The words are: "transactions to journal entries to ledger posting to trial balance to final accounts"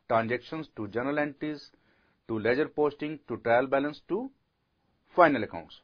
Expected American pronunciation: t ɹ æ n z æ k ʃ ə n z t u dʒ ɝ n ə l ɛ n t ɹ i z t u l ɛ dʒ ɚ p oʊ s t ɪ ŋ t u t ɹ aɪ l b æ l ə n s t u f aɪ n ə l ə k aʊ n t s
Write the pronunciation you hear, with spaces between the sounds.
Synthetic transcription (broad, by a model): t ɹ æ n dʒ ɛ k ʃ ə n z t u dʒ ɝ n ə l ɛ n t i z t u l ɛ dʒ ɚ p oʊ s t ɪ ŋ t u t ɹ aɪ l b æ l ə n s t u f aɪ n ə l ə k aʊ n t s